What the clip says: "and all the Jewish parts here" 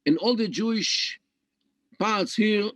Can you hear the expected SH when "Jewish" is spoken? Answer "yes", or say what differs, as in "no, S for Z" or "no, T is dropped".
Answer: yes